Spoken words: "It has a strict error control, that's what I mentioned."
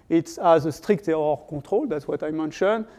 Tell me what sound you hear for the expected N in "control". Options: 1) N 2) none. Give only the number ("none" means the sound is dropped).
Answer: 2